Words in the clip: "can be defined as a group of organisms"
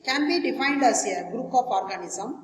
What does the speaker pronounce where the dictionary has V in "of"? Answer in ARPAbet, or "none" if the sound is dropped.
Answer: P